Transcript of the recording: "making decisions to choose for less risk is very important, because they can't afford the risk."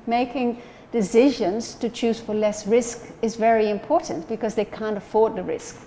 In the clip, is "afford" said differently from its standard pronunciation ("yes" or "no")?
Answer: no